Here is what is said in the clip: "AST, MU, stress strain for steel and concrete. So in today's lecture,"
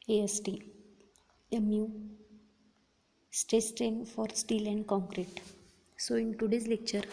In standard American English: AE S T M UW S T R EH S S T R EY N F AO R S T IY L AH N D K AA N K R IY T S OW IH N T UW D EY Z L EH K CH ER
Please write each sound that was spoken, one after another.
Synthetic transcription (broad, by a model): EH S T M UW S T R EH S S T R EY N F AO R S T IY L AH N D K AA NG K R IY T S OW IH N T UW D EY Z L EH K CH ER